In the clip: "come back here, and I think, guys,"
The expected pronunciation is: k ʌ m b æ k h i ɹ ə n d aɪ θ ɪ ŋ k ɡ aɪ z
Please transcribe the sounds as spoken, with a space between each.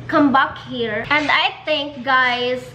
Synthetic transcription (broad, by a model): k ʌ m b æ k h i ɹ ə n d aɪ t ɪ ŋ k ɡ aɪ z